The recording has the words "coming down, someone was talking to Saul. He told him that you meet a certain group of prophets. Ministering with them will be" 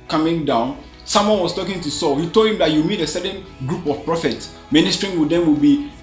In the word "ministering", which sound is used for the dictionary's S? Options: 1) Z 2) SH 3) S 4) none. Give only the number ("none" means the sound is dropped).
3